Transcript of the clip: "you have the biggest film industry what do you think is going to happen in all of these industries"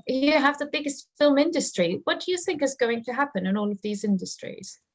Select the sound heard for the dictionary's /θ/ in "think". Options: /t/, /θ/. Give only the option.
/θ/